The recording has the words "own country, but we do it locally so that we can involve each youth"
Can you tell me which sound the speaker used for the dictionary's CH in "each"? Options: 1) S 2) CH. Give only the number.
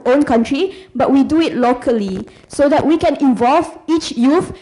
2